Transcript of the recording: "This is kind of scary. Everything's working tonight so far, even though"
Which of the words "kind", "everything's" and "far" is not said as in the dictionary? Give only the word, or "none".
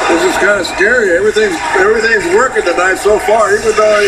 none